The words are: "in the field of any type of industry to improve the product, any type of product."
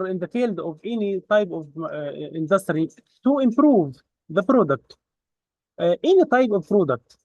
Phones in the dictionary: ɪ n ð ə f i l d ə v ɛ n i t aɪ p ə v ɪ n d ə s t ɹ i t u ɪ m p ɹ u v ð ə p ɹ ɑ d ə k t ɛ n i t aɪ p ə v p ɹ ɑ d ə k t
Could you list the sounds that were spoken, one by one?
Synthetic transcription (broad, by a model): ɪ n ð ə f i l d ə v ɛ n i t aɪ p ə v ɪ n d ə s t ɹ i t u ɪ m p ɹ u v ð ə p ɹ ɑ d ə k t ɛ n i t aɪ p ə v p ɹ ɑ d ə k t